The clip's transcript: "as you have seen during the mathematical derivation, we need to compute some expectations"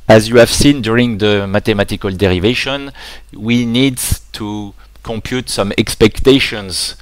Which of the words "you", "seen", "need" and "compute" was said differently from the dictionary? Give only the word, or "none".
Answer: none